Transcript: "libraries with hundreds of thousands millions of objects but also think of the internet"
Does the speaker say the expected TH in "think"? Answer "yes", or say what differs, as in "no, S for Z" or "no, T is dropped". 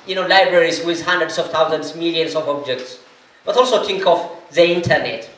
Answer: no, T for TH